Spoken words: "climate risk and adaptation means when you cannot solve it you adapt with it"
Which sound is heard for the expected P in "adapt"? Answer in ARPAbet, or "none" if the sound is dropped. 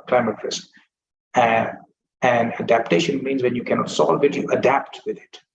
P